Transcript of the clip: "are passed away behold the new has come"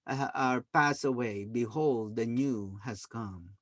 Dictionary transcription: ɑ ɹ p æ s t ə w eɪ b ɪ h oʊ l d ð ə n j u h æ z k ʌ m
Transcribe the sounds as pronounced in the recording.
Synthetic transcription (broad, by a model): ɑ ɹ p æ s ə w eɪ b ɪ h oʊ l d ð ə n j u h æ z k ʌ m